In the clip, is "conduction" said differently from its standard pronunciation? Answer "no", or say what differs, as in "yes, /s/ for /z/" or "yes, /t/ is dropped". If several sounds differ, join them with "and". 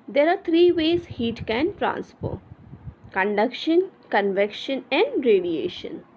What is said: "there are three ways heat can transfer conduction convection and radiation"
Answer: no